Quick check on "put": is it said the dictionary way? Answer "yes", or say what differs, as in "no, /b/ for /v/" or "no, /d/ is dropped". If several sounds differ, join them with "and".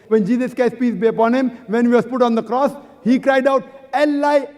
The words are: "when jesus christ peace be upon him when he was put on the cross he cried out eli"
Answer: yes